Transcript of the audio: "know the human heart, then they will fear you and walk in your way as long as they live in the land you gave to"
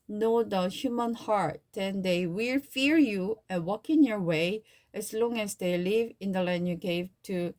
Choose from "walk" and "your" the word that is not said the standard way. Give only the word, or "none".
none